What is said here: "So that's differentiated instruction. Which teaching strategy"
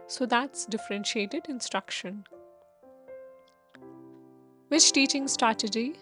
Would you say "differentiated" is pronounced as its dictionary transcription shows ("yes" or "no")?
yes